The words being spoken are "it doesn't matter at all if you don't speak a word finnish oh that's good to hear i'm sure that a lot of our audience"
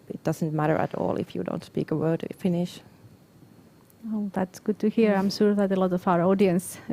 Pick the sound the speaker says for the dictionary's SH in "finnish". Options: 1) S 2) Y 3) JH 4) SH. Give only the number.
4